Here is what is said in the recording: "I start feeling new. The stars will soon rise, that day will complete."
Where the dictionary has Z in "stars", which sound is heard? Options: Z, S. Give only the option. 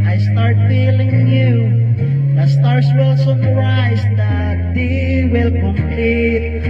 S